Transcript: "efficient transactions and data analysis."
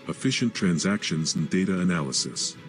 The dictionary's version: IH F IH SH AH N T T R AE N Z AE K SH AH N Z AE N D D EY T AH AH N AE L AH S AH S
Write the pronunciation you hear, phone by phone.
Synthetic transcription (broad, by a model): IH F IH SH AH N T T R AE N Z AE K SH AH N Z N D D EY T AH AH N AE L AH S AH S